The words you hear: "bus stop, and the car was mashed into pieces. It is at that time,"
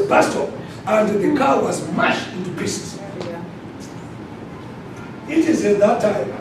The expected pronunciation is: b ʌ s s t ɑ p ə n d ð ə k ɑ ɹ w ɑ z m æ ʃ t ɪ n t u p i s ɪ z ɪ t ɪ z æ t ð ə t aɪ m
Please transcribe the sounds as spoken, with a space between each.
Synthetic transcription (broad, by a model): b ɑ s s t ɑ ə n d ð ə k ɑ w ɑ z m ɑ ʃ ɪ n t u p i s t ɪ t ɪ z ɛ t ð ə t aɪ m